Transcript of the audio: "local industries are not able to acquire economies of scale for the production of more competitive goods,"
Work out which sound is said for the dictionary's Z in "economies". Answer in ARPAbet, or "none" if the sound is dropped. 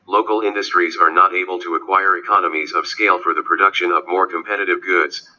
Z